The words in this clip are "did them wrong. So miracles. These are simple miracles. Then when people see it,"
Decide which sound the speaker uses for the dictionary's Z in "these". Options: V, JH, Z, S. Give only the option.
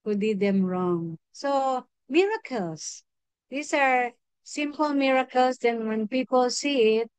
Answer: S